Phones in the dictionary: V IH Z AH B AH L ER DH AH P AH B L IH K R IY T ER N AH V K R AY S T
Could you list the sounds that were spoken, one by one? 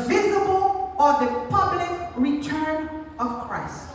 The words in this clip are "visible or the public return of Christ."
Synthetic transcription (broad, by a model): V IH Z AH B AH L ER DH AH P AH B L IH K R IY T ER N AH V K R AY S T